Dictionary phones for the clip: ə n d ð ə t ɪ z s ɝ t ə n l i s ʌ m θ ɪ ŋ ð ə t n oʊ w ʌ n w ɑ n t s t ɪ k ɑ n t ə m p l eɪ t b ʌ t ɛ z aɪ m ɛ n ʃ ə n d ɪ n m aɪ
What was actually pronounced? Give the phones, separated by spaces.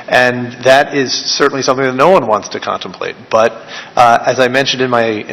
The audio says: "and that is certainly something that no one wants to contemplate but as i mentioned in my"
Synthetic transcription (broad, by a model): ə n ð ə t ɪ z s ɝ t n l i s ʌ m θ ɪ ŋ ð ə t n oʊ w ʌ n w ɑ n t s t ɪ k ɑ n t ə m p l eɪ t b ʌ t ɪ z aɪ m ɛ n ʃ ə n d ɪ n m aɪ